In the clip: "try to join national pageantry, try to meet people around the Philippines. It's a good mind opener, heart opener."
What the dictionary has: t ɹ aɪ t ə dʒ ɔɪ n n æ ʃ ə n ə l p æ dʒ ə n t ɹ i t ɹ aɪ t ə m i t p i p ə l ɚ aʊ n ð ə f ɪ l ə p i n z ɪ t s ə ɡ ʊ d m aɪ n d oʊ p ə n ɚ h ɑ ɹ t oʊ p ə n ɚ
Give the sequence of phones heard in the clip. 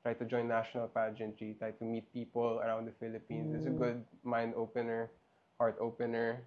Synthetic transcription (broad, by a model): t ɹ aɪ t ə dʒ ɔɪ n n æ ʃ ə n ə l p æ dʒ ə n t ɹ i t ɹ aɪ t ə m i t p i p ə l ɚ aʊ n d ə f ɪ l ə p i n s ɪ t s ə ɡ ʊ d m aɪ n d oʊ p ə n ɚ h ɑ ɹ t oʊ p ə n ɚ